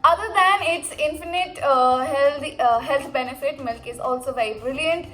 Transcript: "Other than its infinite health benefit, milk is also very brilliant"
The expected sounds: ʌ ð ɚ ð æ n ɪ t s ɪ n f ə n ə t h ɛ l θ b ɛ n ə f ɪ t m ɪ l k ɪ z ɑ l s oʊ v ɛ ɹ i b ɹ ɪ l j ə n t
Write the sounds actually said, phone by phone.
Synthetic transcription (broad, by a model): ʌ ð ɚ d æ n ɪ t s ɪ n f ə n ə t h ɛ l t b ɛ n ə f ɪ t m ɪ l k ɪ z ɑ l s oʊ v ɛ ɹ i b ɹ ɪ l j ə n t